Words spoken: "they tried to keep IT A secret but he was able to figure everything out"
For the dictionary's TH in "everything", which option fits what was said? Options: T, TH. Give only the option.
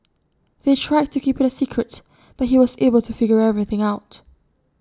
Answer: TH